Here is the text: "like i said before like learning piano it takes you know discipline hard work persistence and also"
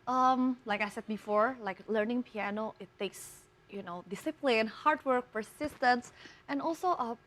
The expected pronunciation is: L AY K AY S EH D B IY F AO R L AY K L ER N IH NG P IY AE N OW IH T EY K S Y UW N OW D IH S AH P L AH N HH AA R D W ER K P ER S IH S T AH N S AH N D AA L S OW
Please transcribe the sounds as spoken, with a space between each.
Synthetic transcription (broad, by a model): L AY K AY S EH D B IY F AO R L AY K L ER N IH NG P IY AE N OW IH T EY K S Y UW N OW D IH S AH P L AH N HH AA R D W ER K P ER S IH S T AH N S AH N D AA L S OW